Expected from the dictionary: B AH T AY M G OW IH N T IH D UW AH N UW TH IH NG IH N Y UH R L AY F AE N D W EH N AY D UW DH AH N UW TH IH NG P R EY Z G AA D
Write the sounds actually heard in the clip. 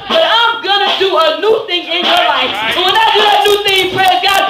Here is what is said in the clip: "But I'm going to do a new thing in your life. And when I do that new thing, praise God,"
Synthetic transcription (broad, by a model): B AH T AY M G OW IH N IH D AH AH N UW TH IH NG IH N Y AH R L AY F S W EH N AY D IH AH N UW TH IH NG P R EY G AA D